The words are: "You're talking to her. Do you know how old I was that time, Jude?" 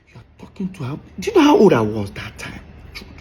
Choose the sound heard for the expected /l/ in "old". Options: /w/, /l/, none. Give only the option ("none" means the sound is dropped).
none